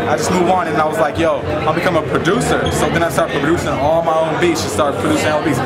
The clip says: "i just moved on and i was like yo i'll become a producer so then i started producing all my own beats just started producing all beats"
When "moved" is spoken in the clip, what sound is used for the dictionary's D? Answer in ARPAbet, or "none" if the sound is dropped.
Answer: none